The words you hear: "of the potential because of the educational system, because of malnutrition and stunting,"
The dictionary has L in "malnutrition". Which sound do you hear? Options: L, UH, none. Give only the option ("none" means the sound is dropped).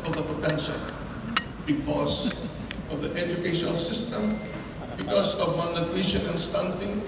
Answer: none